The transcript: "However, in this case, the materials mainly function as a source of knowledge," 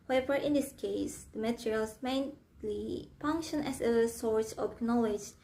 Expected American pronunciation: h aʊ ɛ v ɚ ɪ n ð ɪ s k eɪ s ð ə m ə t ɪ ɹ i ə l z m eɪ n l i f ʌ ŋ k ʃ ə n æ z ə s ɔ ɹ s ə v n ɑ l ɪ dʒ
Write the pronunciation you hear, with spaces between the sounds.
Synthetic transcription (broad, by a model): h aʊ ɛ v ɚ ɪ n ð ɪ s k eɪ s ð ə m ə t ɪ ɹ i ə l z m eɪ n l i f ʌ ŋ k ʃ ə n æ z ə s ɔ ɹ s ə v n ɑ l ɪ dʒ